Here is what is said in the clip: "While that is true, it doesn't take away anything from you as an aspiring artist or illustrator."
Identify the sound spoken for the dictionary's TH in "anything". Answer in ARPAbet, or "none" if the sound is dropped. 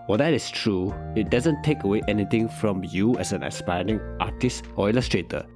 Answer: T